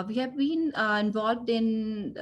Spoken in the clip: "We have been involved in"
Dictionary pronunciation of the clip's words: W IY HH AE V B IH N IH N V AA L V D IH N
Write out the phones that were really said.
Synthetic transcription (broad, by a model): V IY HH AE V B IH N IH N V AA L V D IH N